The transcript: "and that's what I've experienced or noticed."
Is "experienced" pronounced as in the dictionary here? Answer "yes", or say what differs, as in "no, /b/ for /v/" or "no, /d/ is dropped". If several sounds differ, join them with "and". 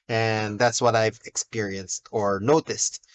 yes